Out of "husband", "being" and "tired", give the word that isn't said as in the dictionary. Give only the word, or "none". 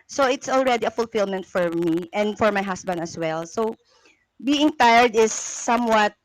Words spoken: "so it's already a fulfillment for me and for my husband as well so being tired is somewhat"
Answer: husband